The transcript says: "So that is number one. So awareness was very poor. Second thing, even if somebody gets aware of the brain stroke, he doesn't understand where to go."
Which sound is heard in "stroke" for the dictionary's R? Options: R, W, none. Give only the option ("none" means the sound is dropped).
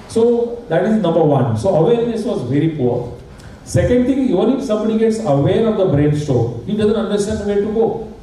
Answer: none